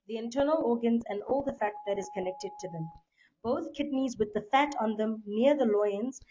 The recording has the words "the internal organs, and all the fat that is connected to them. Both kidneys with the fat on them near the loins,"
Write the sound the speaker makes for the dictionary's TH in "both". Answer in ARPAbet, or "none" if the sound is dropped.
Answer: T